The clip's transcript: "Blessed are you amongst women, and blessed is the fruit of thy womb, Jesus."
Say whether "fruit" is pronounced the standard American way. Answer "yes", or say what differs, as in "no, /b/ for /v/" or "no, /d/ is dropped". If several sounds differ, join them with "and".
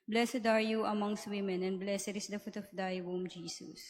no, /ɹ/ is dropped